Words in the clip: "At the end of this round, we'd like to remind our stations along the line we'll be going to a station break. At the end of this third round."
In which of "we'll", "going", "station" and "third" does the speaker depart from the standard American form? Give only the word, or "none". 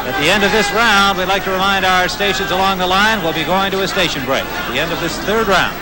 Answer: none